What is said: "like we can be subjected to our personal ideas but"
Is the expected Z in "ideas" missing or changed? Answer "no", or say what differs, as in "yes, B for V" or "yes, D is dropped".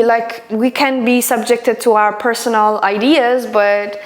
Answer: no